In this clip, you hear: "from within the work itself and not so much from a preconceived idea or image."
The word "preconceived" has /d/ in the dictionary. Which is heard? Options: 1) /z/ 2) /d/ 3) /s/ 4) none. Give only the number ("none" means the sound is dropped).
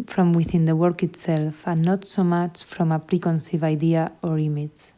4